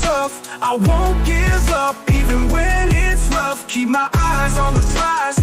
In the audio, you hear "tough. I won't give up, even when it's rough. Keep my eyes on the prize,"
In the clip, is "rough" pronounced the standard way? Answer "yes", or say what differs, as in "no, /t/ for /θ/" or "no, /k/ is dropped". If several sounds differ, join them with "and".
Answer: no, /l/ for /ɹ/